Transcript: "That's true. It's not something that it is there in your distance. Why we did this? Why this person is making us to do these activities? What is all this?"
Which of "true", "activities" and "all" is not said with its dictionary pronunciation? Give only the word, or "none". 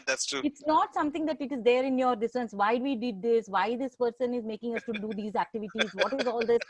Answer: none